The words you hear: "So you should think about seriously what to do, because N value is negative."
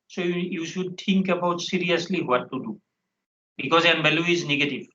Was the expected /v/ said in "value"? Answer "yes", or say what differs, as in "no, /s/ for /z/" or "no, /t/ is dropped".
no, /b/ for /v/